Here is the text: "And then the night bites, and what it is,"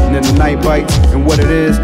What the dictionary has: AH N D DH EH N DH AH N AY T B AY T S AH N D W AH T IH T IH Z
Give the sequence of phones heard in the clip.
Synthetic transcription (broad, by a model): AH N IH N DH AH N AY T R AY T AH N W AH T IH T IH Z